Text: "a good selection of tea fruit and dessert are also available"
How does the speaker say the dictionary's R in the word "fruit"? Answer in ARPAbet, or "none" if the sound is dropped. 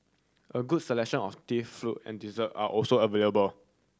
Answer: L